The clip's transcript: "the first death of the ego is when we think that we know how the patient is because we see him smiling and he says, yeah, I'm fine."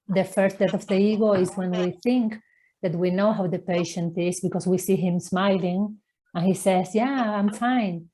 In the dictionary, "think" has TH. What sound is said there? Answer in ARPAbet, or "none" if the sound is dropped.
TH